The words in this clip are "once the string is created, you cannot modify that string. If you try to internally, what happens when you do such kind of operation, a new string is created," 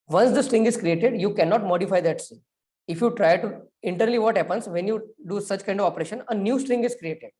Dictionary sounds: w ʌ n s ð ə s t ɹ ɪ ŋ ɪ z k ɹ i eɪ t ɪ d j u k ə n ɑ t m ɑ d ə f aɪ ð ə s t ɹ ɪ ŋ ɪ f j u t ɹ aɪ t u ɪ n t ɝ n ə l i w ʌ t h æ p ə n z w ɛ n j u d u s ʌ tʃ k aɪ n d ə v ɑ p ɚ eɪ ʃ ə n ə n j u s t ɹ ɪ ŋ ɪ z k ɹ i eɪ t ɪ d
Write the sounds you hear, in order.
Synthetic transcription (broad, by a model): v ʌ n s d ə s t ɹ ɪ ŋ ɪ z k ɹ i eɪ t ɪ d j u k ə n ɑ t m ɑ d ə f aɪ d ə t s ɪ ɪ f j u t ɹ aɪ t u ɪ n t ɝ n ə l i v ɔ t h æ p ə n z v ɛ n j u d u s ʌ tʃ k aɪ n d ə v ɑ p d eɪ ʃ ə n ə n j u s t ɹ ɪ ŋ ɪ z k ɹ i eɪ t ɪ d